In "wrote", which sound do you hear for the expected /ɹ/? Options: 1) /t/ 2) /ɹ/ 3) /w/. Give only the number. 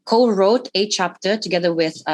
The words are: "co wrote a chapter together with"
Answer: 2